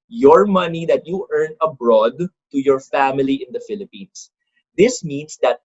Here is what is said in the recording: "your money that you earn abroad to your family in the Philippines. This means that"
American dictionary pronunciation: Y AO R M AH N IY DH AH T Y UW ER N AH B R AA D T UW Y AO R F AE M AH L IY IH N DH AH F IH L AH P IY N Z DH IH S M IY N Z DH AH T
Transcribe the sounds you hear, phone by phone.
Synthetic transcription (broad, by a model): Y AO R M AH N IY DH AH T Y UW ER N AH B R AA D T UW Y AO R F AE M AH L IY IH N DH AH F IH L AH P IY N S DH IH S M IY N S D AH T